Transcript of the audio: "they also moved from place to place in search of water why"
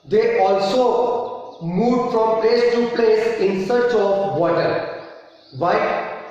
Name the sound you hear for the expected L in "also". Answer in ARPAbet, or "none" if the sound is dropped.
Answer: L